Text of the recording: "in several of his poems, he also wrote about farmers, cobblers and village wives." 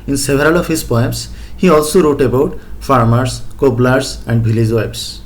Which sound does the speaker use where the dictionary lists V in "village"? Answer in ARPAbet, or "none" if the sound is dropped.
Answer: B